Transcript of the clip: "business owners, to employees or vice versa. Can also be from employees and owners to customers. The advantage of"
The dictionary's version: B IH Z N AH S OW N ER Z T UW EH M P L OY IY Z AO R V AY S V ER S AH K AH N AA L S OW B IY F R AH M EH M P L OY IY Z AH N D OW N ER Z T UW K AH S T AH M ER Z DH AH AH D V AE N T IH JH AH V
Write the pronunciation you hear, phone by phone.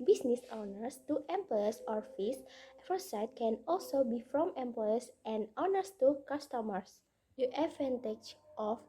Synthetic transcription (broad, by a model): B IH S N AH S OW N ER S T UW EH M P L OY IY S AO R F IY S F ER S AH K AH N AA L S OW B IY F R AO M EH M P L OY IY S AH N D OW N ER S T UW K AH S T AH M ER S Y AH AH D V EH N T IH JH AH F